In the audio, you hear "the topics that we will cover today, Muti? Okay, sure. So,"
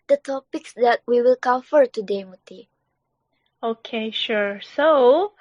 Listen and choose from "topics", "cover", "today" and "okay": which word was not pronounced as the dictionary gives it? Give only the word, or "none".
cover